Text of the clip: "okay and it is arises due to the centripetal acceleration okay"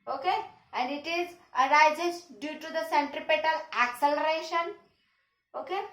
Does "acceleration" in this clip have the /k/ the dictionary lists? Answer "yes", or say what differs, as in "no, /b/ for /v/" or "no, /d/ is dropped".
yes